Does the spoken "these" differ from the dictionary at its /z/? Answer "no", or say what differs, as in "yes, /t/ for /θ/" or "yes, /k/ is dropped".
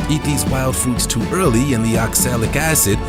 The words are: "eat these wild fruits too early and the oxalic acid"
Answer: no